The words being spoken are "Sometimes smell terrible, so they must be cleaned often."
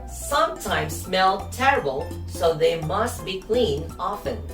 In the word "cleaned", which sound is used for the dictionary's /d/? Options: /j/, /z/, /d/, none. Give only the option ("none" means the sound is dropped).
none